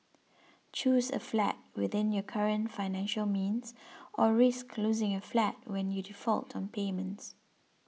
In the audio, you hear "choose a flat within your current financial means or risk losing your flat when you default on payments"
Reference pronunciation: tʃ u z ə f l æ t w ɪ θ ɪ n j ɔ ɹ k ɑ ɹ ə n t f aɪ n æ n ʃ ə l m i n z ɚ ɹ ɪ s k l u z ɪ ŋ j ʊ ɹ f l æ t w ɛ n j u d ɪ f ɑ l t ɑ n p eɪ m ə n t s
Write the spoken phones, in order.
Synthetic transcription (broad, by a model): tʃ u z ə f l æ t w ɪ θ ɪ n j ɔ k ɑ ɹ ə n t f aɪ n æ n ʃ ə l m i n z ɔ ɹ ɪ s k l u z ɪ ŋ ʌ f l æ t w ɛ n j u d ɪ f ɑ l t ɑ n p eɪ m ə n t s